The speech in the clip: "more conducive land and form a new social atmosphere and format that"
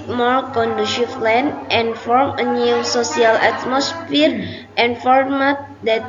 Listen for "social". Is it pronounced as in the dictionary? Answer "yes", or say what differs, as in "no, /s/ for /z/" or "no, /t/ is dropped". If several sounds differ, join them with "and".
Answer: no, /s/ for /ʃ/